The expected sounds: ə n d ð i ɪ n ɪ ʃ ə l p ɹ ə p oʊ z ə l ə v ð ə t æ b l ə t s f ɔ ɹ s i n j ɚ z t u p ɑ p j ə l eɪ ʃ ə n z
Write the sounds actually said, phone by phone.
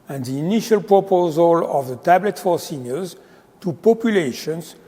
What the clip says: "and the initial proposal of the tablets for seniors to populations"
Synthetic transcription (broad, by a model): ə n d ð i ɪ n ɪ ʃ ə l p ɹ ə p oʊ z ə l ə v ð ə t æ b l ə t f ɔ ɹ s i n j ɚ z t u p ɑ p j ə l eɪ ʃ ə n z